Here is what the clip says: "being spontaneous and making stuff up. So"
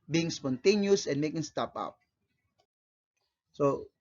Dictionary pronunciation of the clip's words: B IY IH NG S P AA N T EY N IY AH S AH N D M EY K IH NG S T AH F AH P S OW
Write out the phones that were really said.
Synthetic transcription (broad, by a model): B IY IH NG S P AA N T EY N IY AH S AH N M EY K IH NG S T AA P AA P S OW